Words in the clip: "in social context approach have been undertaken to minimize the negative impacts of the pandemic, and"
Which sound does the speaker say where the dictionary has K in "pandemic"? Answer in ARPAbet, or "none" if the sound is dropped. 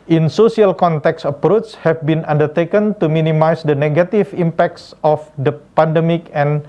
K